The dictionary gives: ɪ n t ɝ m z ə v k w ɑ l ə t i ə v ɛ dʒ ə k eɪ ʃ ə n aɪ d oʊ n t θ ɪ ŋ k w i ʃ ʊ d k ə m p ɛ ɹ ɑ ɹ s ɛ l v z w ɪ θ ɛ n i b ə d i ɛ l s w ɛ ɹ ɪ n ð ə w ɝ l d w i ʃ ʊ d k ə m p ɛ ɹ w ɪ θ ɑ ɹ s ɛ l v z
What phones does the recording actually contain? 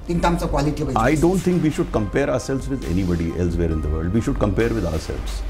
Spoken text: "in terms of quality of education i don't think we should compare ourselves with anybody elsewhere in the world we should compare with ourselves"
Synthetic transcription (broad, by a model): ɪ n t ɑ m s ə k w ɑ l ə t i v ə ɑ ə d oʊ n t t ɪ ŋ k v i ʃ ʊ d k ə m p ɛ ɹ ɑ ɹ s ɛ l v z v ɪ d ɛ n i b ə d i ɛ l s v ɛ ɹ ɪ n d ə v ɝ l d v i ʃ ʊ d k ə m p ɛ ɹ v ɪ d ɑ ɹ s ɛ l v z